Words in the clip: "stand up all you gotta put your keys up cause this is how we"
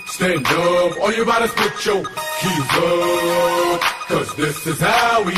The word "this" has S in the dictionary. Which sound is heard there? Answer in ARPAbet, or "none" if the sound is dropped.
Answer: S